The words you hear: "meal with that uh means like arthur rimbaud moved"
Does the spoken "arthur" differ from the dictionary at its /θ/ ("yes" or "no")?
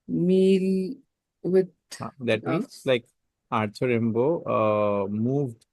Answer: yes